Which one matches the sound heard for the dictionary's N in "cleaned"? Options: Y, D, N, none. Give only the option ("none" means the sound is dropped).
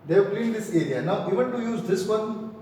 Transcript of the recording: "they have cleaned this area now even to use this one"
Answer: none